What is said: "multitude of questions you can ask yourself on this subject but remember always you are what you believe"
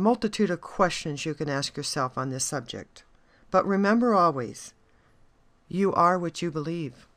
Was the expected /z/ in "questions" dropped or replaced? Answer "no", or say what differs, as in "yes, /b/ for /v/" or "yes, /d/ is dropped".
no